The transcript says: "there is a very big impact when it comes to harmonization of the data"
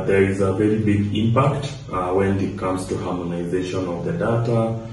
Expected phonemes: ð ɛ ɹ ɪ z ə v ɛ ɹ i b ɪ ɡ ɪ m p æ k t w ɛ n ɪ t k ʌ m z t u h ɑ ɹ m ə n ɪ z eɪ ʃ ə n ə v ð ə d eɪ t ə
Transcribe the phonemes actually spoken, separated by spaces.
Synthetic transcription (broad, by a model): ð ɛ ɹ ɪ z ə v ɛ ɹ i b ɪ ɡ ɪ m p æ k t w ɛ n ɪ t k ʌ m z t u h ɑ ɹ m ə n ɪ z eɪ ʃ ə n ə v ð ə d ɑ t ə